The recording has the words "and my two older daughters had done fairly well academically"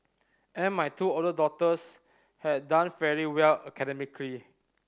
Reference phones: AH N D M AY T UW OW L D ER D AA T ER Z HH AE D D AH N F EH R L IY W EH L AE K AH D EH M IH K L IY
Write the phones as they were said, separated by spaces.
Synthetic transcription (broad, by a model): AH N M AY T UW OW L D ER D AA T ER S HH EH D D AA N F EH R IY W EH L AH K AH D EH M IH K L IY